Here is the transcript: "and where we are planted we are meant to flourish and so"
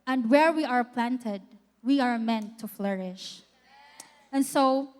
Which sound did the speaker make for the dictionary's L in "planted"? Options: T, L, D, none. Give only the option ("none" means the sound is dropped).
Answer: L